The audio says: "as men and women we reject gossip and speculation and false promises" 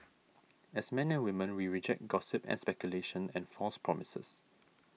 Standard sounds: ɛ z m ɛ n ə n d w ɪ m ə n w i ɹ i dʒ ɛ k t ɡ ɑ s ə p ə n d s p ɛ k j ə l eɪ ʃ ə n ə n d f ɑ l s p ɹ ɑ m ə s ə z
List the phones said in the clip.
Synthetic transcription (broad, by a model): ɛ s m ɛ n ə n w ɪ m ə n w i ɹ i dʒ ɛ k t ɡ ɑ s ə p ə n s p ɛ k j ə l eɪ ʃ ə n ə n f ɑ s p ɹ ɑ m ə s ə s